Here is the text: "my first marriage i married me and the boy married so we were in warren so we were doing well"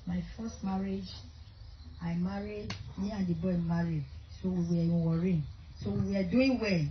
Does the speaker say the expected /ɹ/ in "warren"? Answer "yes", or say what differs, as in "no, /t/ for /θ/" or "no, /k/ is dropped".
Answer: yes